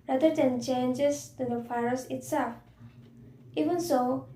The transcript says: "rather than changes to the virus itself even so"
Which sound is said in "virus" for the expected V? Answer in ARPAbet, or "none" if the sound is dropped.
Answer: F